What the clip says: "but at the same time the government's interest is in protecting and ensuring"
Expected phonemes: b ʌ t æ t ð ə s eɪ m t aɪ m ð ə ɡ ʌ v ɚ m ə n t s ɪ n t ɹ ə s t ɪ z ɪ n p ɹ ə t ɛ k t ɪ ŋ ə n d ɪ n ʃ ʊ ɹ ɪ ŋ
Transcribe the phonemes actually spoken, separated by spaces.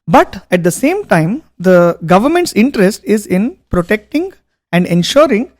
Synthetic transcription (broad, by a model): b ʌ t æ t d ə s eɪ m t aɪ m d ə ɡ ʌ v ɚ m ə n t s ɪ n t ɹ ə s t ɪ z ɪ n p ɹ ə t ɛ k t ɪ ŋ ə n d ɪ n ʃ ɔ ɹ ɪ ŋ